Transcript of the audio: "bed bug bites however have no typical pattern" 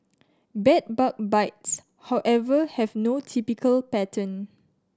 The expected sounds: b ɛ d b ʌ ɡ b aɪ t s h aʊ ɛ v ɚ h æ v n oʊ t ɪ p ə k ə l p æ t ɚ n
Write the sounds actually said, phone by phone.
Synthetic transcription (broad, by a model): b ɛ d b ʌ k b aɪ t s h aʊ ɛ v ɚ h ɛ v n oʊ t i p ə k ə l p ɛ t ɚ n